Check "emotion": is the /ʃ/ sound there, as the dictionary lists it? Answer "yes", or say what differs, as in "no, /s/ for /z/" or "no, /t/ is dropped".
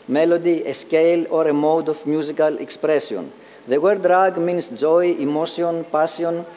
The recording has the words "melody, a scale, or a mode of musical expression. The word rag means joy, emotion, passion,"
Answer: no, /s/ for /ʃ/